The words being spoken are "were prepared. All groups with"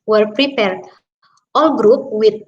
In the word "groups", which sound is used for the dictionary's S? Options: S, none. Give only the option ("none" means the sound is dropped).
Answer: none